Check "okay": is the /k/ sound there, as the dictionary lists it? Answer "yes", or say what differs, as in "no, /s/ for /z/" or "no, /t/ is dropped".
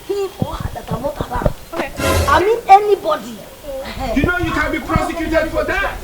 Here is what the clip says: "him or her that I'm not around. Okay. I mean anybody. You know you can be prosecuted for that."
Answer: no, /k/ is dropped